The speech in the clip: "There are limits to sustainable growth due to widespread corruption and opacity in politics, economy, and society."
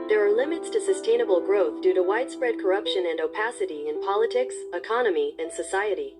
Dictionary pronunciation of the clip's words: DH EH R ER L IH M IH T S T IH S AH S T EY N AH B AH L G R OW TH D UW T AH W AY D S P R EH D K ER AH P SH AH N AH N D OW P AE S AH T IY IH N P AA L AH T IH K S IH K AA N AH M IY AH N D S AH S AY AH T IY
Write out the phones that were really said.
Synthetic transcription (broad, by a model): DH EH R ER L IH M IH T S T IH S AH S T EY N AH B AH L G R OW TH D UW T AH W AY D S P R EH D K ER AH P SH AH N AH N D OW P AE S AH T IY IH N P AA L AH T IH K S IH K AA N AH M IY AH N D S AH S AY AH T IY